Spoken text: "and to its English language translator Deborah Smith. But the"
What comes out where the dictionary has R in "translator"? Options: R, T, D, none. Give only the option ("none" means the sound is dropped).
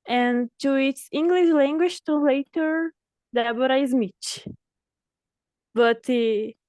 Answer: none